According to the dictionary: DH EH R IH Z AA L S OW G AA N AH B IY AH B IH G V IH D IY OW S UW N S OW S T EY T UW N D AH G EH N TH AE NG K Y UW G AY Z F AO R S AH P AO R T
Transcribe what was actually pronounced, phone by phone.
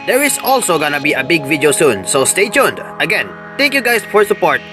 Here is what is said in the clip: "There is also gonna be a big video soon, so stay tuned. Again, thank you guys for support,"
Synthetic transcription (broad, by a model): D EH R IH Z AA L S OW G AA N AH B IY AH B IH G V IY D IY OW S UW N S OW S T EY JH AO N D AH G EH N T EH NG K Y UW G AY S F AO R S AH P AO R T